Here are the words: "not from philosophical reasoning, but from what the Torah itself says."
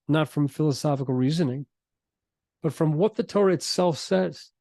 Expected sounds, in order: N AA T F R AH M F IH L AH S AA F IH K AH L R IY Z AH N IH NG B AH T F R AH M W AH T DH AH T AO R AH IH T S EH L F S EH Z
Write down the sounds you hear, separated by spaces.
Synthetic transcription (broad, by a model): N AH T F R AH M F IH L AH S AA F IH K L R IY Z AH N IH NG B AH T F R AH M W AH T DH AH T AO R IH T S EH L F S EH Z